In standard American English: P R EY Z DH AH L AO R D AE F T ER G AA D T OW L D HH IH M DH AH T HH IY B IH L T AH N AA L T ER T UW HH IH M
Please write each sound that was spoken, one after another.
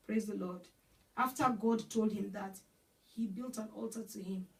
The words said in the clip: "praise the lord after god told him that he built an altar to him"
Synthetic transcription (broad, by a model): P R EY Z DH AH L AO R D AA F T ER G AA D T OW L D HH IH M DH AH T HH IY B IH L T AH N AA L T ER T UW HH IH M